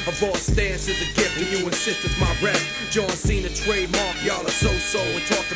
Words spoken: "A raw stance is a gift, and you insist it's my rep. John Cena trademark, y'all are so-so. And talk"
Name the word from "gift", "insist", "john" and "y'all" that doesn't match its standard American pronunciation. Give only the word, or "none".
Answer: gift